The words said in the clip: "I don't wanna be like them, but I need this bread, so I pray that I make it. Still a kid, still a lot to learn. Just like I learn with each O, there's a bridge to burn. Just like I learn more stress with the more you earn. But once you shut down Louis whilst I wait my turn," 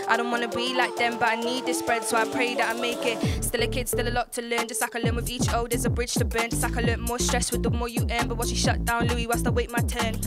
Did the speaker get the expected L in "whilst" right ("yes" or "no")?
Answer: no